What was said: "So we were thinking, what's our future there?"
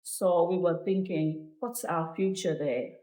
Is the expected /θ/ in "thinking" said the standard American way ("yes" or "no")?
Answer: yes